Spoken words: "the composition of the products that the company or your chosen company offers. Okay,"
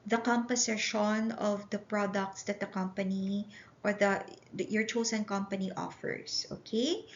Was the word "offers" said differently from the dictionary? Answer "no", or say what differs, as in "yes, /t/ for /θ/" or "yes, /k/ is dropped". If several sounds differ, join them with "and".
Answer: yes, /s/ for /z/